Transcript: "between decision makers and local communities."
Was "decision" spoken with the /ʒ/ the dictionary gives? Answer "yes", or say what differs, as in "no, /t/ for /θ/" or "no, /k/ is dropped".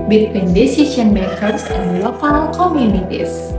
no, /s/ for /ʒ/